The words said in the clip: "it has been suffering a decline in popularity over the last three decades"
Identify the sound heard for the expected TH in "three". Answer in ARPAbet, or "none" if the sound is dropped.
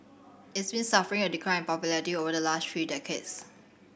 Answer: F